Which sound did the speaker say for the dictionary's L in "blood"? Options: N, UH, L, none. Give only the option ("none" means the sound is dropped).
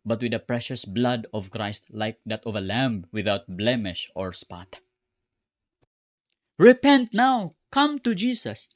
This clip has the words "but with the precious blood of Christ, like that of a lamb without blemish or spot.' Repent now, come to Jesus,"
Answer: L